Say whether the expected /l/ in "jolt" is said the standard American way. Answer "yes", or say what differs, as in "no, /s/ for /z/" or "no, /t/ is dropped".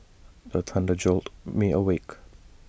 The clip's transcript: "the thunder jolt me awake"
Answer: yes